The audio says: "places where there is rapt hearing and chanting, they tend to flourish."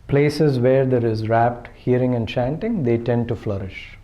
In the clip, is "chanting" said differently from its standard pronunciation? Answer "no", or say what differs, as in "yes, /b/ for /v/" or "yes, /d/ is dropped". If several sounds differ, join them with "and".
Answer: no